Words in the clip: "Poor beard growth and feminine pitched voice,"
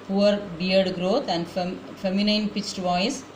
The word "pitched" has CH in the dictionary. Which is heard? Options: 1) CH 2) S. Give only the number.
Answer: 1